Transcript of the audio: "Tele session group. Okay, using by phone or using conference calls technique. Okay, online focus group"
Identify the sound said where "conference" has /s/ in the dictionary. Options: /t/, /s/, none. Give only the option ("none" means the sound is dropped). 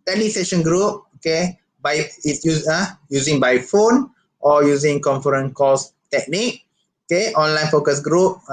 none